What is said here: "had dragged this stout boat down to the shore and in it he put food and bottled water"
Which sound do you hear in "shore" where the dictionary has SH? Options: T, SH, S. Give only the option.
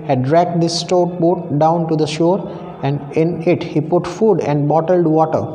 SH